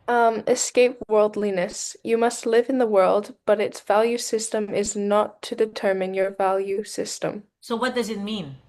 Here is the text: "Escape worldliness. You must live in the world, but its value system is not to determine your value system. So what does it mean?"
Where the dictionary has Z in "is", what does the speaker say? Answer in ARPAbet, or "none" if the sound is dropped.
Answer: Z